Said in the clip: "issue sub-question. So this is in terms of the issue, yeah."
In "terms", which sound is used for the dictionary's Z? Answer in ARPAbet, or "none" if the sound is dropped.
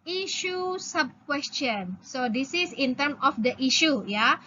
none